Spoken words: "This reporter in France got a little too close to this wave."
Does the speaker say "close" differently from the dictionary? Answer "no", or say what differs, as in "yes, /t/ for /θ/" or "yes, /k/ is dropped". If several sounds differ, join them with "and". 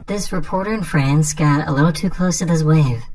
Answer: no